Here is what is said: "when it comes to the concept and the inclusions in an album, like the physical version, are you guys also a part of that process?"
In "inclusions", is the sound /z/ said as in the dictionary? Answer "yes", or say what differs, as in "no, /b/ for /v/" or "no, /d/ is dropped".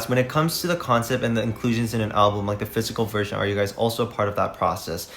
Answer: yes